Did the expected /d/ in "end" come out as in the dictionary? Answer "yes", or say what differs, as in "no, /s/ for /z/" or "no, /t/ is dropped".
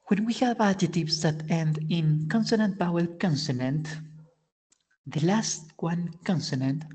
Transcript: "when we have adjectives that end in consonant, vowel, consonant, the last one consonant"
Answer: yes